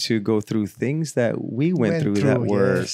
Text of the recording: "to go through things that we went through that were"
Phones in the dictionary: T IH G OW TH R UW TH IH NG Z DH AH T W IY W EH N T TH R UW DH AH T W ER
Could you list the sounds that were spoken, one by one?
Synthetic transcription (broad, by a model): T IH G OW TH R UW TH IH NG Z DH AH T W IY W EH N TH R UW DH AH T W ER